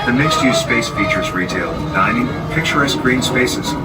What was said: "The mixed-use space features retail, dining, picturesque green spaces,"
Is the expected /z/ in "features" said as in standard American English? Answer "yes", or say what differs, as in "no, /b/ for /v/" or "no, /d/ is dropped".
yes